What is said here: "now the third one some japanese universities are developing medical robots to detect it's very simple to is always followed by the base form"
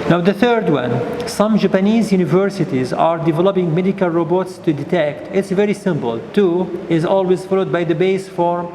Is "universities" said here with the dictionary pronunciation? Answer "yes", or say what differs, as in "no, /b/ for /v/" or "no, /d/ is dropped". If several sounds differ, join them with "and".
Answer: yes